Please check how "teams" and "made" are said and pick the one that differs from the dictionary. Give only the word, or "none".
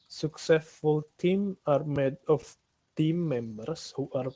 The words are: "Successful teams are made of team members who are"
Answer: teams